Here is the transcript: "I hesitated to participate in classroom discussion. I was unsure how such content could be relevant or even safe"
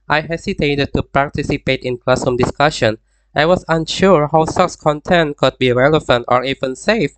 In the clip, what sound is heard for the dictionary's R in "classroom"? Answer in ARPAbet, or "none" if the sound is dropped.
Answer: none